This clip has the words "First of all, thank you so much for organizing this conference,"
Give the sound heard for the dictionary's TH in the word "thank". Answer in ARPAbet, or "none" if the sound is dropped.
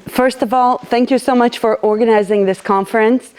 TH